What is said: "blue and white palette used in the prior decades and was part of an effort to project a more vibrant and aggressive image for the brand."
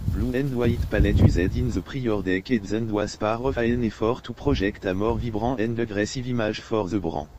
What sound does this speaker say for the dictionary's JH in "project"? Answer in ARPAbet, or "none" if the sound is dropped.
ZH